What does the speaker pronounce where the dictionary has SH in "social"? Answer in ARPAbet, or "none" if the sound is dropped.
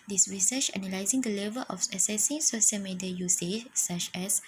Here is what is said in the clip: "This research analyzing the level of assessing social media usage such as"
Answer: S